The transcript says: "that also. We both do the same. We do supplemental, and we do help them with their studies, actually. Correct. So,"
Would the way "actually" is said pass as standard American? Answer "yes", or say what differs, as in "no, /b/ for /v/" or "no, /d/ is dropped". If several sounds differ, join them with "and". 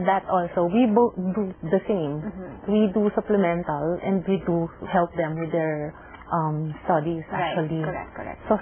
no, /l/ is dropped